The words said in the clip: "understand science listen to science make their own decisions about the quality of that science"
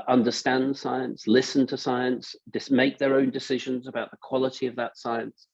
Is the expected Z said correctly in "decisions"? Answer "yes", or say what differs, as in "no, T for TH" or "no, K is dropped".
yes